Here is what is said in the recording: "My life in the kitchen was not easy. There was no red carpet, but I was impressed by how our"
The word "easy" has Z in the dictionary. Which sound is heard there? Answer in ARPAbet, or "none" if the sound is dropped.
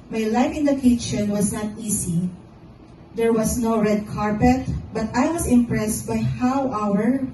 S